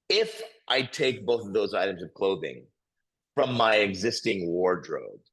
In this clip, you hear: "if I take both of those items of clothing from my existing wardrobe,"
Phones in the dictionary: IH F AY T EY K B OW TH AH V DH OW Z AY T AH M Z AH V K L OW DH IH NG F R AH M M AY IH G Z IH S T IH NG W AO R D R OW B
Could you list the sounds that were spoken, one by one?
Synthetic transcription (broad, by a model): IH F AY T EY K B OW TH AH V DH OW Z AY T AH M Z AH V K L OW DH IH NG F R AH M M AY IH G Z IH S T IH NG W AO R D R OW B